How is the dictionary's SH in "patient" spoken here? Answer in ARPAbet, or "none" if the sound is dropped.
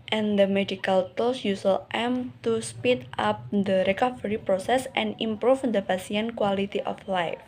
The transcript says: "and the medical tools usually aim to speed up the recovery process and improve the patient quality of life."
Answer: S